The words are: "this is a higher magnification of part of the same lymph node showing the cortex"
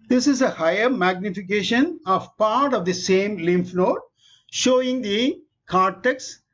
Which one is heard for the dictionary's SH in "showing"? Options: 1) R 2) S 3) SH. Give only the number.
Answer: 3